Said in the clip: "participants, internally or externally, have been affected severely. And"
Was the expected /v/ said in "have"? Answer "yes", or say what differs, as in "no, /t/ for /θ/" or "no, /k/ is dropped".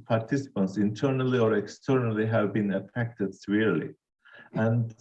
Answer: yes